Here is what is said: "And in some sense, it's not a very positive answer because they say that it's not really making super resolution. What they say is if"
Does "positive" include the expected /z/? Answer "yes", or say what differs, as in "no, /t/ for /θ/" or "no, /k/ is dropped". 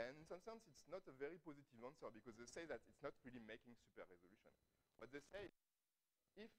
yes